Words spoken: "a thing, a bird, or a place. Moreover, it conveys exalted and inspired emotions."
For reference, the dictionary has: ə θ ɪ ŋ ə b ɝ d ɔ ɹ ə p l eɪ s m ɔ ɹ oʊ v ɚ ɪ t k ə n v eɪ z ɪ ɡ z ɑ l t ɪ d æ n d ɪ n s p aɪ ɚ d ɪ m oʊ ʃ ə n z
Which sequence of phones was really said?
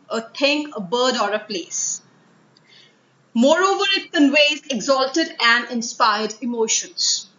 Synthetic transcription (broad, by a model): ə t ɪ ŋ ə b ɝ d ɔ ɹ ə p l eɪ s m ɔ ɹ oʊ v ɚ ɪ t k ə n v eɪ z ɪ ɡ z ɑ l t ɪ d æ n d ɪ n s p aɪ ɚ d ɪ m oʊ ʃ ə n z